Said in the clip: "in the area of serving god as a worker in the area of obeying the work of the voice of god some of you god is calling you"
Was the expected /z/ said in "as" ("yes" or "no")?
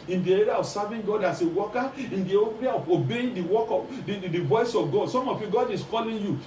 no